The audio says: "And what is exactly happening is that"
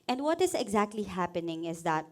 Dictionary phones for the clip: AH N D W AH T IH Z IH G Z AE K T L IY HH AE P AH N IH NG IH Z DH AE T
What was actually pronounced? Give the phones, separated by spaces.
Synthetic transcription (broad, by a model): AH N D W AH T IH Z IH G Z AE K T L IY HH AE P AH N IH NG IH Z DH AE T